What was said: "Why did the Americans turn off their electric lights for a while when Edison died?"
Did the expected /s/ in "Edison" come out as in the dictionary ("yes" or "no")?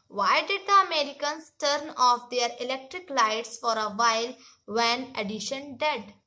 no